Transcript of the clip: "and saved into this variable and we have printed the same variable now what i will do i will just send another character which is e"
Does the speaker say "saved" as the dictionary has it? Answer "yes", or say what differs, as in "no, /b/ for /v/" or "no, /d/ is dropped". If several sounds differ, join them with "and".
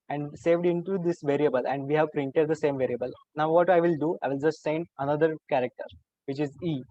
yes